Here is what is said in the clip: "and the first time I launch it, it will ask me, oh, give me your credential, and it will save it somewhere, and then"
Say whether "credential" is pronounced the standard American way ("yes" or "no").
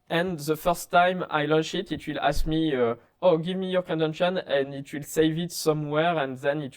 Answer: no